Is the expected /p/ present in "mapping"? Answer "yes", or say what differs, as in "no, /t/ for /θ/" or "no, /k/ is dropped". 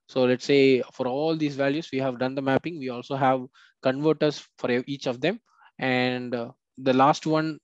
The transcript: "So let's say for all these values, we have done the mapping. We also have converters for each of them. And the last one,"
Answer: yes